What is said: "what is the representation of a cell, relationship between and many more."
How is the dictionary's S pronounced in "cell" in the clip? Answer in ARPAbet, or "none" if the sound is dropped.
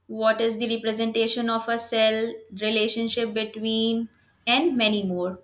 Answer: S